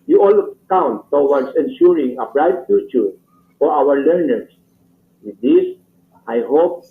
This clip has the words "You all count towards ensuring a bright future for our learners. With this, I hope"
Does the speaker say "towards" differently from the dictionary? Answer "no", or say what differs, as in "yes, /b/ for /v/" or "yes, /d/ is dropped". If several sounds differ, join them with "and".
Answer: yes, /w/ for /ɹ/ and /s/ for /z/